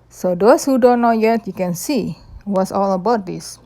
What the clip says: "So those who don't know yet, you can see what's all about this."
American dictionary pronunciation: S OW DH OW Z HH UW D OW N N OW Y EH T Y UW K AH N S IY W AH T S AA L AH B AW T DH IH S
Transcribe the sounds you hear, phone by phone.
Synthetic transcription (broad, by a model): S OW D OW S HH UW D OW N N OW Y EH T Y UW K AH N S IY W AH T S AA L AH B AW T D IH S